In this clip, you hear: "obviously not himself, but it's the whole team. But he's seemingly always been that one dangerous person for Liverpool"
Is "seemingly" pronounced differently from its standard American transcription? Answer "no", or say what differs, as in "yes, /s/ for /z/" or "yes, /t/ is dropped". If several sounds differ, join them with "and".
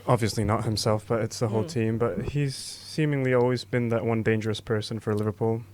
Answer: no